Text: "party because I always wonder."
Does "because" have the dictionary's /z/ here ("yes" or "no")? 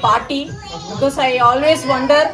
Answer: no